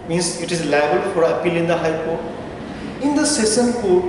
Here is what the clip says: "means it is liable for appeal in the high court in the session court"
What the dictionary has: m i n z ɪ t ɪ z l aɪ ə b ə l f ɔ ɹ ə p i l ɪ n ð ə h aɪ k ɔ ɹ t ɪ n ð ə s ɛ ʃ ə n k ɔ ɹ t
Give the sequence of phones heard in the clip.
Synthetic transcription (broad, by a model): m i n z ɪ t ɪ z l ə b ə l f ɔ ɹ ə p i l ɪ n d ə h aɪ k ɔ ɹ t ɪ n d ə s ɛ s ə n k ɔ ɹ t